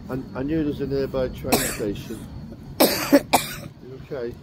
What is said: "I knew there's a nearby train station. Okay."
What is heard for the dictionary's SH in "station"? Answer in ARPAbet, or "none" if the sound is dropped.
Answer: SH